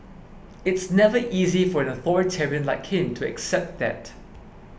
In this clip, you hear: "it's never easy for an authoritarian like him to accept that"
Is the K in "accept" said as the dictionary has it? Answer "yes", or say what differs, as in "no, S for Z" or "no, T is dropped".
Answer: yes